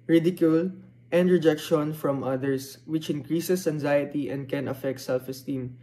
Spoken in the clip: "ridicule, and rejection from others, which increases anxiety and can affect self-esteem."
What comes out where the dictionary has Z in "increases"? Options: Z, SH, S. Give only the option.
S